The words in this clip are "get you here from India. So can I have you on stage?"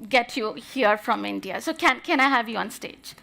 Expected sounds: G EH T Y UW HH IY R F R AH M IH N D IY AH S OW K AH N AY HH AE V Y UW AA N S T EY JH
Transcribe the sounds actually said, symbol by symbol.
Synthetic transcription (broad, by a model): G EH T Y UW HH IY R F R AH M IH N D IY AH S OW K AH N AY HH AE V Y UW AA N S T EY JH